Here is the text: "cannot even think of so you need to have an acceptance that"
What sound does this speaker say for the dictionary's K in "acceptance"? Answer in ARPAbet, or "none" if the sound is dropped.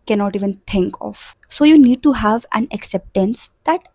K